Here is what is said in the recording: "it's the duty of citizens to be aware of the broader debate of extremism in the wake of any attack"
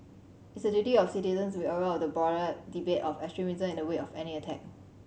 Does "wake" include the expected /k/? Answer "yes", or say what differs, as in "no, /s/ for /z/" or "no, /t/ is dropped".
no, /k/ is dropped